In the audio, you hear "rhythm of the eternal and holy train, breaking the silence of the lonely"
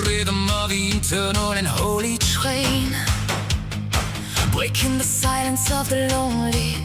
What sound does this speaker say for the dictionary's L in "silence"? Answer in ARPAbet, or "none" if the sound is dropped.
L